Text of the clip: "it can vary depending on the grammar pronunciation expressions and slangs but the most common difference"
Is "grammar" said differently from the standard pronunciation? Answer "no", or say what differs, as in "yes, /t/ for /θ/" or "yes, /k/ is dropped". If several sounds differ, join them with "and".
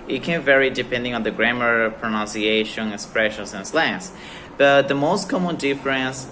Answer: no